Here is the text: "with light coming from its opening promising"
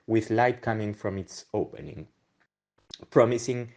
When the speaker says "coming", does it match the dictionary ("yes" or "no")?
yes